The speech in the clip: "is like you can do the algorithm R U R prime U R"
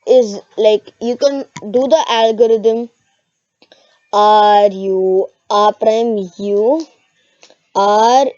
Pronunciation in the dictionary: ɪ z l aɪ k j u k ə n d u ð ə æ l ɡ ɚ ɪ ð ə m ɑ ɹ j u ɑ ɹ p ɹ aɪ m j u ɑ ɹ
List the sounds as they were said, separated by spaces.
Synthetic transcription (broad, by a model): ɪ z l aɪ k j u k ə n d u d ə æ l ɡ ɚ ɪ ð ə m ɑ ɹ j u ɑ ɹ p ɹ aɪ m j u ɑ ɹ